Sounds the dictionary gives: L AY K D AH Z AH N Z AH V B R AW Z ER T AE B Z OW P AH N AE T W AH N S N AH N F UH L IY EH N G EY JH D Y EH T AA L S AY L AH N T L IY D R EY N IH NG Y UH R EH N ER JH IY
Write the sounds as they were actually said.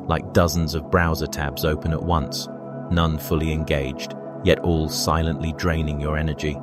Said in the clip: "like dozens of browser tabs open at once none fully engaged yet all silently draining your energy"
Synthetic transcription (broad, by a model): L AY K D AH Z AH N Z AH V B R AW Z ER T AE B Z OW P AH N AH T W AH N S N AH N F UH L IY EH N G EY JH D Y EH T AA L S AY L AH N T L IY D R EY N IH NG Y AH R EH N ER JH IY